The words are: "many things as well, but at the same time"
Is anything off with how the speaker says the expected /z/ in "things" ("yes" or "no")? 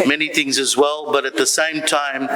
no